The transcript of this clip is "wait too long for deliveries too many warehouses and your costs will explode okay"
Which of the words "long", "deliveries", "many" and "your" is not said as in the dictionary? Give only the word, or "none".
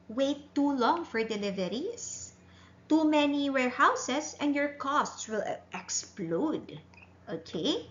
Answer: deliveries